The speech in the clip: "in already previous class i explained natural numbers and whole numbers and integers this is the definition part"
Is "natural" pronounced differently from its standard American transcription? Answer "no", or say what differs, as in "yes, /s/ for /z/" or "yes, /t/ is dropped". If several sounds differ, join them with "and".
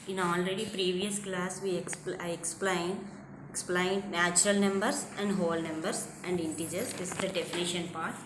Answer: no